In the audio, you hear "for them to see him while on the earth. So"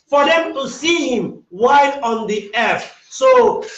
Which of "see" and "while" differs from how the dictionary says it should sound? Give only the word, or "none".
while